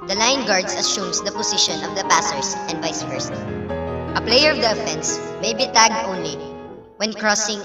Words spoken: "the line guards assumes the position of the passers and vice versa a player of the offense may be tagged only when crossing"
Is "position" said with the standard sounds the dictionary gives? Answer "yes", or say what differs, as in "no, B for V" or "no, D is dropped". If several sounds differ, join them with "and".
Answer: no, S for Z